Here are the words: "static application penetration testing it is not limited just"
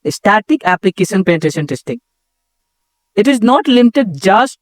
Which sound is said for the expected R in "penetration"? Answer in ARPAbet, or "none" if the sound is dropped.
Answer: none